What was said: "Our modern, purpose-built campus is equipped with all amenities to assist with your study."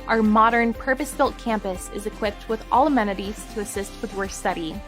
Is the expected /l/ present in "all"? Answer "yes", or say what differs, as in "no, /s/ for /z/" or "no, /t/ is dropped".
yes